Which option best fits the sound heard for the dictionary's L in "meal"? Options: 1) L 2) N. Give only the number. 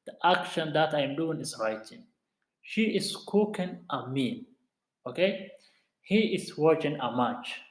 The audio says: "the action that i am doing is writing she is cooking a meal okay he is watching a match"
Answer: 2